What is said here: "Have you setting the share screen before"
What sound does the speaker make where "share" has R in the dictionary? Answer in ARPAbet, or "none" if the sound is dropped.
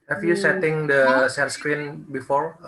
L